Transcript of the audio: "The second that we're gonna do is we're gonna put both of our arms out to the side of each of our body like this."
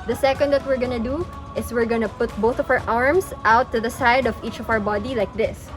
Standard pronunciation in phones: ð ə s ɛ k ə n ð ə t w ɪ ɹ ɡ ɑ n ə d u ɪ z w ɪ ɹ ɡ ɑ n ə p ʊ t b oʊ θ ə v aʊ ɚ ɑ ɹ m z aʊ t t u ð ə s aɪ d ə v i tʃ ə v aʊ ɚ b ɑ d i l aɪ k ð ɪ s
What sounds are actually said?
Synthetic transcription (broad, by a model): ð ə s ɛ k ə n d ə t w ɪ ɹ ɡ ɑ n ə d u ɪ s w ɪ ɹ ɡ ɑ n ə p ʊ t b oʊ θ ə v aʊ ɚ ɑ ɹ m s aʊ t t u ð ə s aɪ d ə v i tʃ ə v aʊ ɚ b ɑ d i l aɪ k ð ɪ s